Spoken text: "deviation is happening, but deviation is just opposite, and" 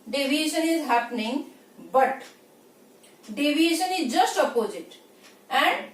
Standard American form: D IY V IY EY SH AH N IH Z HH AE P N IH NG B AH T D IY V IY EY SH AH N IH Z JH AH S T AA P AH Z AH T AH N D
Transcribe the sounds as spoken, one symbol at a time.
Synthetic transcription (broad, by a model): D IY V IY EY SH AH N IH Z HH AE P N IH NG B AH T D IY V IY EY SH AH N IH Z JH AH S T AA P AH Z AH T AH N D